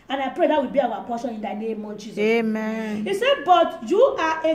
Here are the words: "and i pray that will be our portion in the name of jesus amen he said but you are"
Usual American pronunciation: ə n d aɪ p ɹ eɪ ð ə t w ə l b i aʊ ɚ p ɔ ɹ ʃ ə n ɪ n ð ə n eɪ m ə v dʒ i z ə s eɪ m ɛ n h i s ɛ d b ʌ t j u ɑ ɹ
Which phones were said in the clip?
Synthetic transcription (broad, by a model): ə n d aɪ p ɹ eɪ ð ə t w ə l b i aʊ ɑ p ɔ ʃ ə n ɪ n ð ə n eɪ m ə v dʒ i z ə eɪ m ɛ n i s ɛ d b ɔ t j u ɑ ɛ